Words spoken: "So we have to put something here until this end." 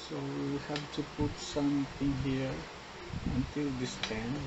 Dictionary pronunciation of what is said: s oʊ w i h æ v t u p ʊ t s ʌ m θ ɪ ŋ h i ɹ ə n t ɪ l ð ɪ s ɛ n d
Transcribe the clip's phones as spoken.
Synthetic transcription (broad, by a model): s oʊ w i h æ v t u p ʊ t s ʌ m t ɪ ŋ h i ɹ ə n t ɪ l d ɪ s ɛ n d